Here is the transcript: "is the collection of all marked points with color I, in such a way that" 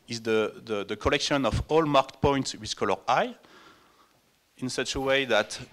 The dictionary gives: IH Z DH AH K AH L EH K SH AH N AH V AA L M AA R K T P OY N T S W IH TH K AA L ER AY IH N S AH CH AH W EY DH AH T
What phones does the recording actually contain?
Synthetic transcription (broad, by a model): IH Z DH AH K AH L EH K SH AH N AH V AA L M AA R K T P OY N T S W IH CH K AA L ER AY IH N S AH CH AH W EY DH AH T